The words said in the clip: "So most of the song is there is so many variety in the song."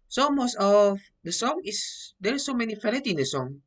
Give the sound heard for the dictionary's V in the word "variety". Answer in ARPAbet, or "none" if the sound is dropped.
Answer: F